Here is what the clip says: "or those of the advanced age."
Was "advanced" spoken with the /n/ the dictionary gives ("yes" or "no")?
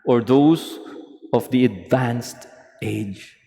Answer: yes